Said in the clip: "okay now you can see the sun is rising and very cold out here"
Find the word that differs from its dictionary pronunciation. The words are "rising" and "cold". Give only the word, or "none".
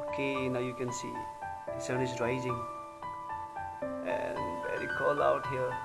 cold